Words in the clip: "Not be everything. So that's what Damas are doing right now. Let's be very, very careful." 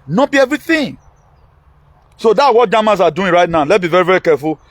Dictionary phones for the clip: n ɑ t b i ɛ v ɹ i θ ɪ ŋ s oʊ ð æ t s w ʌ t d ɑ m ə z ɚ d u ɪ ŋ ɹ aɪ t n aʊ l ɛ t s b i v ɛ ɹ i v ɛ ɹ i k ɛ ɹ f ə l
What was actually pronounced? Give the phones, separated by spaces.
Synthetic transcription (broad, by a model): n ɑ b i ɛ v ɹ i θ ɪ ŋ s oʊ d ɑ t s w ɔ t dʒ ɑ m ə s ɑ d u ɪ ɹ aɪ t n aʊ l ɛ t b i v ɛ ɹ i v ɛ ɹ i k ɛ f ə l